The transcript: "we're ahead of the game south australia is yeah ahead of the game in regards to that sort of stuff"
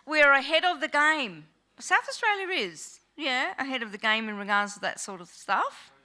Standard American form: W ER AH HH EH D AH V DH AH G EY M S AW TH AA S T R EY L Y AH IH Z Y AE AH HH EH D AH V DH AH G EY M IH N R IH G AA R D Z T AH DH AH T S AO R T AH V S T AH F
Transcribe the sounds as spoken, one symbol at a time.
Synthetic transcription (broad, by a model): W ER AH HH EH D AH V DH AH G EY M S AW TH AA S T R EY L Y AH IH Z Y AE AH HH EH D AH V DH AH G EY M IH N R IH G AA R D Z T AH DH AH T S AO R T AH V S T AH F